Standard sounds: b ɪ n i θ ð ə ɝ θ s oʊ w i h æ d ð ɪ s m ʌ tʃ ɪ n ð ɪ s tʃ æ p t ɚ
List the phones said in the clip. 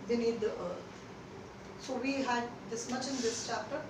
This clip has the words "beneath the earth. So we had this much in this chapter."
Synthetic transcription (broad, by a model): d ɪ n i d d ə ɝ t s oʊ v i h æ d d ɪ s m ʌ tʃ ɪ n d ɪ s tʃ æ p t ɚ